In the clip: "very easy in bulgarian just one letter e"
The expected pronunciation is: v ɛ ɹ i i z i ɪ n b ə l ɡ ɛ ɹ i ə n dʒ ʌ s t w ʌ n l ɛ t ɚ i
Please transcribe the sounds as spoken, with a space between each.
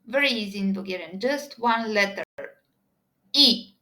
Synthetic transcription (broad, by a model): v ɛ ɹ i i z i ɪ n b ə ɡ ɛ ɹ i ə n dʒ ʌ s t w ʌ n l ɛ t ɚ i